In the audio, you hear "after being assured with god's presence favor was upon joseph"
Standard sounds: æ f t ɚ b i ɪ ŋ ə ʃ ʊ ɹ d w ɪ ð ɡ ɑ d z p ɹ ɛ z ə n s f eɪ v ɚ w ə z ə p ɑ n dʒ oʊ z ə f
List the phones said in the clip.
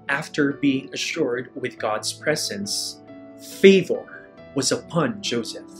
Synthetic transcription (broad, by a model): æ f t ɚ b i ɪ ŋ ə ʃ ʊ ɹ d w ɪ ð ɡ ɑ d z p ɹ ɛ z ə n s f eɪ v ɚ w ə z ə p ɑ n dʒ oʊ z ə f